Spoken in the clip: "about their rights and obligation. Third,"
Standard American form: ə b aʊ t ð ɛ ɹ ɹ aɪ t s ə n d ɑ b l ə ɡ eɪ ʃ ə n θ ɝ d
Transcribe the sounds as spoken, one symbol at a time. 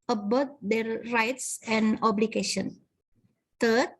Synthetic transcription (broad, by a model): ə b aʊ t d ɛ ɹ ɹ aɪ t s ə n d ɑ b l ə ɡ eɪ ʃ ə n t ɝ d